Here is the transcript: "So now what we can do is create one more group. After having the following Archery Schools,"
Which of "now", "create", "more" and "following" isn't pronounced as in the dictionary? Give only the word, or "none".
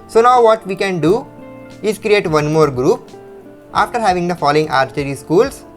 none